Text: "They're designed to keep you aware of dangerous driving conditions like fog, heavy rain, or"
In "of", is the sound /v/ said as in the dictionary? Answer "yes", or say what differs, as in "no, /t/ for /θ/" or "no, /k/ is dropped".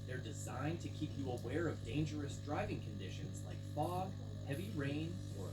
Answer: yes